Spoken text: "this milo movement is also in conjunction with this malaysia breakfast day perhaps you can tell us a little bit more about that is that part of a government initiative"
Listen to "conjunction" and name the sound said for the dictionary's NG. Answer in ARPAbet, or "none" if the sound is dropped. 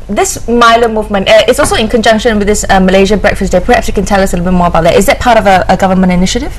NG